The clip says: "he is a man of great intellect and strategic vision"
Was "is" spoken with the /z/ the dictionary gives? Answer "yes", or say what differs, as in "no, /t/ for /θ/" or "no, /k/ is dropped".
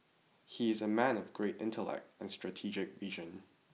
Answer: yes